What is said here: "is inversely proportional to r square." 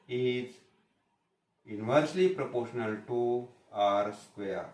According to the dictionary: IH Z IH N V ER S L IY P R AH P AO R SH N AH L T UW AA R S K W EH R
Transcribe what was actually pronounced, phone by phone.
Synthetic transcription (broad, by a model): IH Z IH N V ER S L IY P R AH P AO R SH N AH L T UW AA R S K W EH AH